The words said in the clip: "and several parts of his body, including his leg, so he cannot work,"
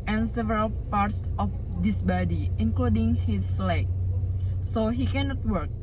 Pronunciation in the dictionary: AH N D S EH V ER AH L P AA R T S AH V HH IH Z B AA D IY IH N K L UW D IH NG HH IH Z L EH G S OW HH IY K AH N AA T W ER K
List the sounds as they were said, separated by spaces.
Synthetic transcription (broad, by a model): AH N S EH V ER AH L P AA R T S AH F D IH S B AA D IY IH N K L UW D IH NG HH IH S L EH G S OW HH IY K AH N AA T W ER K